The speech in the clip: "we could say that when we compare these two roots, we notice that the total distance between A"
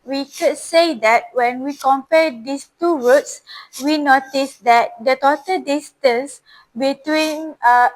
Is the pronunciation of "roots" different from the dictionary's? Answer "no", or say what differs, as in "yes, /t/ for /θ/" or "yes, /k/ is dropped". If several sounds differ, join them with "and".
yes, /w/ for /ɹ/